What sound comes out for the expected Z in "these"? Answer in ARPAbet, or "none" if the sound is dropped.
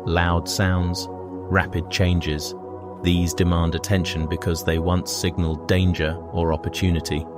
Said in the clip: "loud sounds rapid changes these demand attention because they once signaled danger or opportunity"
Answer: Z